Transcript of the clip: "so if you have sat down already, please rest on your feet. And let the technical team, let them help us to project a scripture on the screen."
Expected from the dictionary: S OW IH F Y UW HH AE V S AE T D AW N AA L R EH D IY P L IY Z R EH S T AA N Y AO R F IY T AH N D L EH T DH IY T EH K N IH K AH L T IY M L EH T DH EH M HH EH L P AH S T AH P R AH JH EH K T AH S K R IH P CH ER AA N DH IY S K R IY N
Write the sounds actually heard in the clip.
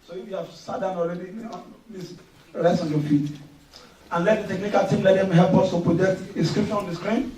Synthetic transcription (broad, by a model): S OW IH F Y UW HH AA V S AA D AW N AA L R EH D IY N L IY S R EH S T AA N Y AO F IY T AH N L EH T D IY T EH K N IH K AH L T IY M L EH T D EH M HH EH L P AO S T AH P R AH JH EH K T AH S K R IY P SH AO AA N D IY S K R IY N